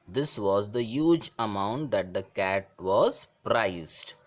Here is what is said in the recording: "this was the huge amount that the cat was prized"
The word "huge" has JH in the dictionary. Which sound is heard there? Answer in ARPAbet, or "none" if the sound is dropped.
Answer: JH